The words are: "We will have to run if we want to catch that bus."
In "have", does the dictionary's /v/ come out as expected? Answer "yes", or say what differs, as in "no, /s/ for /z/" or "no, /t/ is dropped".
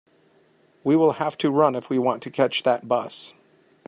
no, /f/ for /v/